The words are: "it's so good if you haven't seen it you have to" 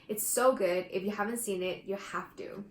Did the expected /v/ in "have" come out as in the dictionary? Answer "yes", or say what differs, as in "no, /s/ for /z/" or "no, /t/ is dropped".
no, /f/ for /v/